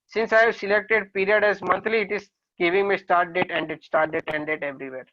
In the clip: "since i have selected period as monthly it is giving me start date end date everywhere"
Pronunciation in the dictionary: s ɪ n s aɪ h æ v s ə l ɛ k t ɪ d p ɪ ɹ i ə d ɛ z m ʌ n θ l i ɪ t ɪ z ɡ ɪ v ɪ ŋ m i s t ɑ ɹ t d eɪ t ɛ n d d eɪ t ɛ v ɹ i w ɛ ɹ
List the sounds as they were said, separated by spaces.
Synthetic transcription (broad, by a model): s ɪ n s aɪ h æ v s ə l ɛ k t ɪ d p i ɹ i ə d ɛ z m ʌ n t l i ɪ t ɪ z ɡ ɪ v ɪ ŋ m i s t ɑ ɹ t d eɪ t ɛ n d d eɪ t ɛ v ɹ i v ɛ ɹ